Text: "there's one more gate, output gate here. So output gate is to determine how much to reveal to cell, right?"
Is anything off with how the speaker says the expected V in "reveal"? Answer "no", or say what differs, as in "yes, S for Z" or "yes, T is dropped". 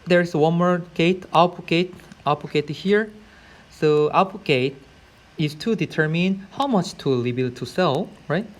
yes, B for V